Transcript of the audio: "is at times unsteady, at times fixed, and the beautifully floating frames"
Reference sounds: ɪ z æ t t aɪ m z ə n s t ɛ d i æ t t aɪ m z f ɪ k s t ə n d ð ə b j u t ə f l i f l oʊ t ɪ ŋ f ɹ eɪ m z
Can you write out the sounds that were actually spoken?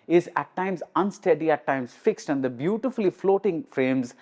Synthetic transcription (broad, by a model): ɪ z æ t t aɪ m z ə n s t ɛ d i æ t t aɪ m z f ɪ k s t ə n d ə b j u t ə f l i f l oʊ t ɪ ŋ f ɹ eɪ m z